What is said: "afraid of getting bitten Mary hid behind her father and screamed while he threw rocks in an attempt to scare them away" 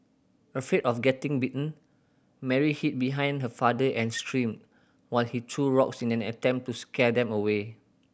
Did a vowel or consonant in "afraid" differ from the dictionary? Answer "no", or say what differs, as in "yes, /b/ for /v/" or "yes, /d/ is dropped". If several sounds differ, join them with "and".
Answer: yes, /ɹ/ is dropped